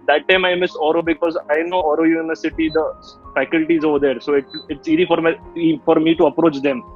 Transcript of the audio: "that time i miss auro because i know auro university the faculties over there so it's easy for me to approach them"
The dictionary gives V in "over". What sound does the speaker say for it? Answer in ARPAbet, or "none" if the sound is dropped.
V